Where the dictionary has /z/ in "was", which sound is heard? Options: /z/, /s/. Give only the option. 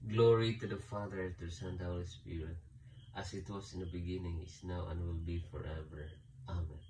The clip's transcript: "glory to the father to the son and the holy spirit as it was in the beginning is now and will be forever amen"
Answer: /s/